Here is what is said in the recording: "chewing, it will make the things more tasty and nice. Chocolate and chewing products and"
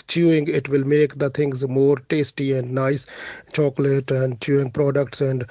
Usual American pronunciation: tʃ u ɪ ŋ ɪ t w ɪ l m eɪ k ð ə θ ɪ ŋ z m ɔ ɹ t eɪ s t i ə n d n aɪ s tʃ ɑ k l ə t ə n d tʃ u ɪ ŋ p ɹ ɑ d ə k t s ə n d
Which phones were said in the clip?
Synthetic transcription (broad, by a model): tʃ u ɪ ŋ ɪ t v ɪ l m eɪ k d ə t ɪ ŋ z m ɔ ɹ t eɪ s t i ə n d n aɪ s tʃ ɑ k l ə t ə n d tʃ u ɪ ŋ p ɹ ɑ d ə k t s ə n d